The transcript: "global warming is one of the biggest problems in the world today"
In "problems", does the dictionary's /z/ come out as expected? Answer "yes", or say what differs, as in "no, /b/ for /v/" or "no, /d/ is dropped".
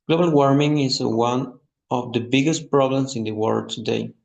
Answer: no, /s/ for /z/